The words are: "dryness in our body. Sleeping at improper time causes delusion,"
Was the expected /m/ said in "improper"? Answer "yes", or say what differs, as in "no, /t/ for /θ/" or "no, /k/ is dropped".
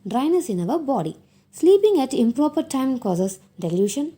yes